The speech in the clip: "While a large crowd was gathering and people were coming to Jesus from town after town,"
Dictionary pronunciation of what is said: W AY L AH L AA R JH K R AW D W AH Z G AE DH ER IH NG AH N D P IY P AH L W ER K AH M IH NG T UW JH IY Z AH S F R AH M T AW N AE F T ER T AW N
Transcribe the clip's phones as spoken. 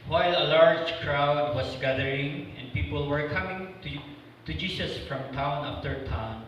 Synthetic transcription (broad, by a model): W AY L AH L AA R JH K R AW D W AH S G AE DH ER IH NG AH N D P IY P AH L W ER K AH M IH NG T UW JH IY S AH S F R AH M T AW N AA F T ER T AW N